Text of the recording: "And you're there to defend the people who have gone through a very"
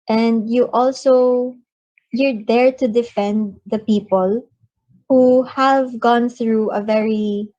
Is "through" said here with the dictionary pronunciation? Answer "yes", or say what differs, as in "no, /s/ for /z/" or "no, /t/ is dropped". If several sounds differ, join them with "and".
yes